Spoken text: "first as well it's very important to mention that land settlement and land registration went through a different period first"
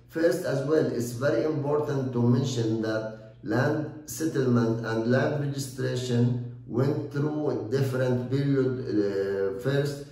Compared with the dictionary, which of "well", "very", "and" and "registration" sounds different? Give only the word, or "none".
none